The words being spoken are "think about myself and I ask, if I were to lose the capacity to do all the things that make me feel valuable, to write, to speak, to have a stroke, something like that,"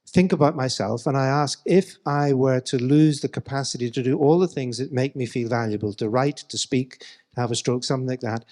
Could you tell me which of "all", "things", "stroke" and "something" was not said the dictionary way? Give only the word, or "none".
none